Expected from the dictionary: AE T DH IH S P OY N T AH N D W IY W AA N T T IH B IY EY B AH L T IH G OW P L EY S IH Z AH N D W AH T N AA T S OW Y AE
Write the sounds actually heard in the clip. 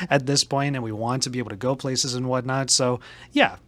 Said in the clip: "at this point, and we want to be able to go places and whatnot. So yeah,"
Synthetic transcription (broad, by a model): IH T DH IH S P OY N T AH N W IY W AA N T T IH B IY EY B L T IH G OW P L EY S IH Z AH N W AH T N AA T S OW Y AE